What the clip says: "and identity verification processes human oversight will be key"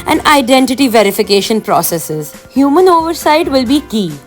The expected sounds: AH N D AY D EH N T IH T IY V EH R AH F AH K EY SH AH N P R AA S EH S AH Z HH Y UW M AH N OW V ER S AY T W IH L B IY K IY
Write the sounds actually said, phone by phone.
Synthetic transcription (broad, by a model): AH N D AY D EH N T IH T IY V EH R AH F AH K EY SH AH N P R AA S EH S AH Z HH Y UW M AH N OW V ER S AY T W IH L B IY K IY